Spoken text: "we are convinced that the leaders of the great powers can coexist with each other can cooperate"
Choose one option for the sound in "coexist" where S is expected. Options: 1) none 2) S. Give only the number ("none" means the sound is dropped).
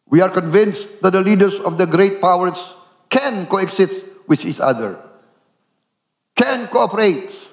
1